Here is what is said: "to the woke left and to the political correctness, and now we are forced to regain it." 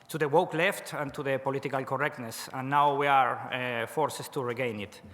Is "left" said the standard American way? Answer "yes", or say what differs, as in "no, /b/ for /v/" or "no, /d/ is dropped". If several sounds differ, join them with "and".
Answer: yes